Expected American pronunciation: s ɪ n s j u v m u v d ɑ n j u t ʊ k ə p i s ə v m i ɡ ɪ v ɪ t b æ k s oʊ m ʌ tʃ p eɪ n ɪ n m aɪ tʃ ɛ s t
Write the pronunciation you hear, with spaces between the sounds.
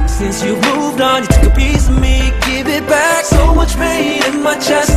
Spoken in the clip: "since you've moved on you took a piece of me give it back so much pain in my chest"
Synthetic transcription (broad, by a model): s ɪ n s j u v m u v d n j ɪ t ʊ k ə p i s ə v m i ɡ ɪ v ɪ t b æ k s oʊ m ʌ tʃ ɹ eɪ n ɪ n m aɪ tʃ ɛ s